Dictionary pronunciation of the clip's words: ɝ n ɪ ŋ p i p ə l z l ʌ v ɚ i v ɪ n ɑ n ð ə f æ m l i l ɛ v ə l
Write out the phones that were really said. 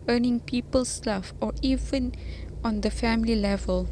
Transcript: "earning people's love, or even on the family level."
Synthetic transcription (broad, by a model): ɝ n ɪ ŋ p i p ə l s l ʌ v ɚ i v ɪ n ɑ n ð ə f æ m l i l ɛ v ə l